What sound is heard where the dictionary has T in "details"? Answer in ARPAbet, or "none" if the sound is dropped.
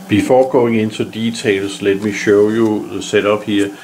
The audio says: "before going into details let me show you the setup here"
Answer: S